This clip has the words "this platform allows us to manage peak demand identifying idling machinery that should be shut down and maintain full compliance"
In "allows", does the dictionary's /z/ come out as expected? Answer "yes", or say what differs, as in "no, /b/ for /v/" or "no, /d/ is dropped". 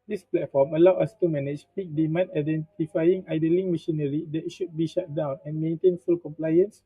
no, /z/ is dropped